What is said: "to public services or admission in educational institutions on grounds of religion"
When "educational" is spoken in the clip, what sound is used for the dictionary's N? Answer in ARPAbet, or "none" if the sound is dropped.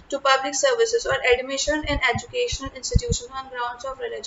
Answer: N